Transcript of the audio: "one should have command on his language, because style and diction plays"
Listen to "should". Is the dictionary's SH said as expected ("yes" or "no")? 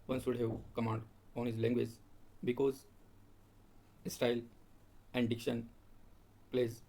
no